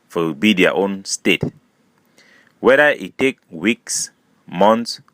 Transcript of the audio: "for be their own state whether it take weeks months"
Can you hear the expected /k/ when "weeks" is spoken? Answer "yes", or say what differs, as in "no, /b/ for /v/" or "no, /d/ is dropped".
yes